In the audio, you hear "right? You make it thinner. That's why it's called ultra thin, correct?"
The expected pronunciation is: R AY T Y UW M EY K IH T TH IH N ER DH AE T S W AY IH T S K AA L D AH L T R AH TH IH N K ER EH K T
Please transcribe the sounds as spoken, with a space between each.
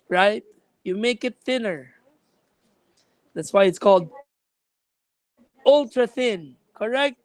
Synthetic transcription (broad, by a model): R AY T Y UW M EY K IH T TH IH N ER DH AE T S W AY IH T S K AA L D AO L T R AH TH IH N K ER EH K T